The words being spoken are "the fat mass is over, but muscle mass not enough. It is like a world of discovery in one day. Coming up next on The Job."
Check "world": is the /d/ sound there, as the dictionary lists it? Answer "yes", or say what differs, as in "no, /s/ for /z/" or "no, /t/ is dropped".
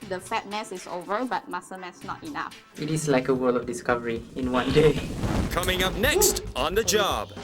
no, /d/ is dropped